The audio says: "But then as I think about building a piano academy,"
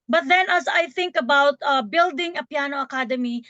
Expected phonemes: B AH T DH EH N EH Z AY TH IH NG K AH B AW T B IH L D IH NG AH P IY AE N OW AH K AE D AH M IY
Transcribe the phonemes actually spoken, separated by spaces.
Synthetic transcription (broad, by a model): B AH T DH EH N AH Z AY TH IH NG K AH B AW T B IH L D IH NG AH P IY N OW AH K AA D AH M IY